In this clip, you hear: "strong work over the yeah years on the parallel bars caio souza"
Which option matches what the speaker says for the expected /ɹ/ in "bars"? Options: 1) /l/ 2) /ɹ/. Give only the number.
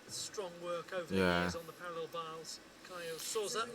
1